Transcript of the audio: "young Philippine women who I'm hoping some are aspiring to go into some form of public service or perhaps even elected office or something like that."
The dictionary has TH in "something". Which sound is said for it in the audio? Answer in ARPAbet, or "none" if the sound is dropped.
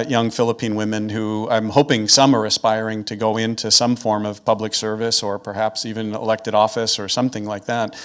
TH